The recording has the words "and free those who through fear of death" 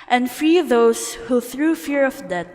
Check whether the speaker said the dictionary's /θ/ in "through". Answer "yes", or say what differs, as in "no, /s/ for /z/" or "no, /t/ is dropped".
yes